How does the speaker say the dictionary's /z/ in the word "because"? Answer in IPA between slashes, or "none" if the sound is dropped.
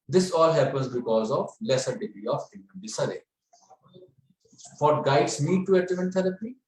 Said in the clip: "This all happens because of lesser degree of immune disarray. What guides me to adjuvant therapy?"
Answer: /z/